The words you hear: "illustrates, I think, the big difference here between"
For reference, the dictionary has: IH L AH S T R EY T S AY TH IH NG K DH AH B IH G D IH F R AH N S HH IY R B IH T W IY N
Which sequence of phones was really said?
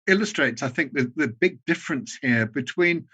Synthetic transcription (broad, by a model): IH L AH S T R EY T S AY TH IH NG K DH AH B IH G D IH F R AH N S HH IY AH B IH T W IY N